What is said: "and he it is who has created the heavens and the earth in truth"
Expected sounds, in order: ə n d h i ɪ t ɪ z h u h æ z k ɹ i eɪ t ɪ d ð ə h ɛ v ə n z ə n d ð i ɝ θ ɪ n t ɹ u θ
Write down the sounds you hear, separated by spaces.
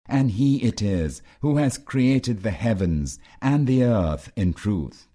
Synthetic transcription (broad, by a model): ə n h i ɪ t ɪ z h u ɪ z k ɹ i eɪ t ɪ d ð ə h ɛ v ə n z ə n ð i ɝ θ ɪ n t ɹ u θ